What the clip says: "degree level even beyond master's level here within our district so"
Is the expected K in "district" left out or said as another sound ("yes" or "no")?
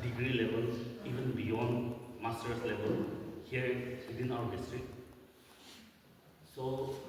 yes